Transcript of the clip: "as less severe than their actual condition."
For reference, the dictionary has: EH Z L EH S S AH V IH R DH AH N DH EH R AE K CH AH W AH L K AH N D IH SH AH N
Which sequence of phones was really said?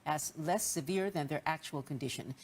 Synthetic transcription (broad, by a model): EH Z L EH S S AH V IH R DH AH N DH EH R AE K CH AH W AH L K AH N D IH SH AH N